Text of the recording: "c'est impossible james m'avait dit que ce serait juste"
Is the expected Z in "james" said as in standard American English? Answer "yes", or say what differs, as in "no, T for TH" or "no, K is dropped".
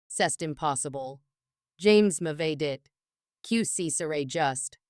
yes